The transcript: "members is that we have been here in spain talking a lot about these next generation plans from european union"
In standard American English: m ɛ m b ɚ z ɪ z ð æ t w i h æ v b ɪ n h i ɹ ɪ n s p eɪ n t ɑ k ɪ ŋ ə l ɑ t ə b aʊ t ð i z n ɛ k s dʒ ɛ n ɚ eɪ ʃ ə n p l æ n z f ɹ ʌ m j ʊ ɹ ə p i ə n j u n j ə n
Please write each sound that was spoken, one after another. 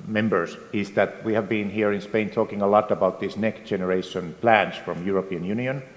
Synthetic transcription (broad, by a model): m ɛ m b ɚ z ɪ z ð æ t w i h æ v b ɪ n h i ɹ ɪ n s p eɪ n t ɑ k ɪ ŋ ə l ɑ t ə b aʊ t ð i s n ɛ k s dʒ ɛ n ɚ eɪ ʃ ə n p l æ n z f ɹ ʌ m j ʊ ɹ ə p i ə n j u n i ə n